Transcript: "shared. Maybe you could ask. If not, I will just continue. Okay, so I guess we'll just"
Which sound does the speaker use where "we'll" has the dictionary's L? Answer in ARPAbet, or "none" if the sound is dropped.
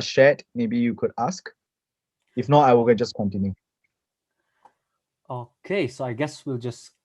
L